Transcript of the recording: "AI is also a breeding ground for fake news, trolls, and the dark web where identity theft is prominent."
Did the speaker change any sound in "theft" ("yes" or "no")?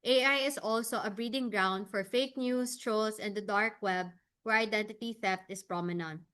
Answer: no